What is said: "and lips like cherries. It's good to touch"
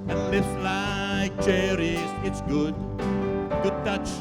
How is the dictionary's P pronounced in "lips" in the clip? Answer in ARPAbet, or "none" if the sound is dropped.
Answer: none